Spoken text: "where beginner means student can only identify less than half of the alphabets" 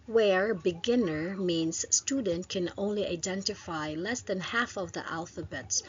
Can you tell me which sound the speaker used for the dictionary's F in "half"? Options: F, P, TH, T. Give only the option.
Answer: F